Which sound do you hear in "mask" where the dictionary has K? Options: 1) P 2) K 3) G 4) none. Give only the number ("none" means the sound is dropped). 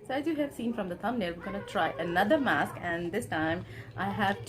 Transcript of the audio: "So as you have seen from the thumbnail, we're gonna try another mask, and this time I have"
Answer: 2